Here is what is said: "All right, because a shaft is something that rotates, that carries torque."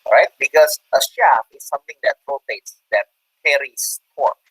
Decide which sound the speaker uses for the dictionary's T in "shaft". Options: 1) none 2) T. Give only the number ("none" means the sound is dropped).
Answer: 1